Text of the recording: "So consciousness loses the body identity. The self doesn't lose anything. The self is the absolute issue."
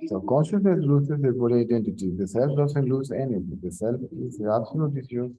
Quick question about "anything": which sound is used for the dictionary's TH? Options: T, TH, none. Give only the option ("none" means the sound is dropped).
T